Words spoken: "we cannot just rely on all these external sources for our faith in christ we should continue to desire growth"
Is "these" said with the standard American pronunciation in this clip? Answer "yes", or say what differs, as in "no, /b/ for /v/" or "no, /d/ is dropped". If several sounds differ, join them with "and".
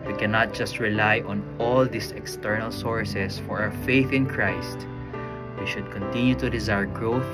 no, /s/ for /z/